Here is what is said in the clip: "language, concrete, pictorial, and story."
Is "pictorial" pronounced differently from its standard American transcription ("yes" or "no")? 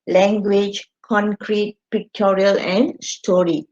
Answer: no